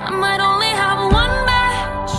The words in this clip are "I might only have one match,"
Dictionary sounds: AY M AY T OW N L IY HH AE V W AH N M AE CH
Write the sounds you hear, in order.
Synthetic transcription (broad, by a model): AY M AY T OW N L IY HH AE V W AH N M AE